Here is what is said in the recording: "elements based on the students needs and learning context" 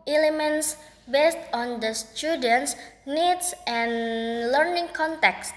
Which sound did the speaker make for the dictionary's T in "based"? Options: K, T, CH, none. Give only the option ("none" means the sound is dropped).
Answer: T